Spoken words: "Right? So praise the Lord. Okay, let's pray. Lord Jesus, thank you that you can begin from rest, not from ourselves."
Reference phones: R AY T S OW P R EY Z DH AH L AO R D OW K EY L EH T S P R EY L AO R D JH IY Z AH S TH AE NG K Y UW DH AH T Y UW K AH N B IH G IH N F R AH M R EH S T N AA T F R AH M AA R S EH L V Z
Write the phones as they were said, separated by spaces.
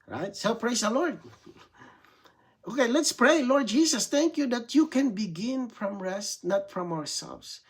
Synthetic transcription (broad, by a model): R AY T S OW P R EY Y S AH L AO R D OW K EY L EH T S P R EY L AO R D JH IY S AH S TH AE NG K Y UW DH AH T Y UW K AH N B IH G IH N F R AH M R EH S T N AA T F R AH M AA R S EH L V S